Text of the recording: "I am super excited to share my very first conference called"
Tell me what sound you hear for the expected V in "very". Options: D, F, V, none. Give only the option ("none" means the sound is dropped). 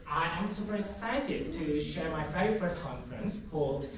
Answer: F